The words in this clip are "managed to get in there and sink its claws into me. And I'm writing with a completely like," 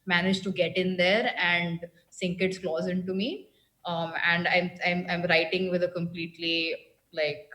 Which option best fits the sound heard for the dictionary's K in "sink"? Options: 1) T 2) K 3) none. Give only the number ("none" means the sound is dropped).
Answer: 2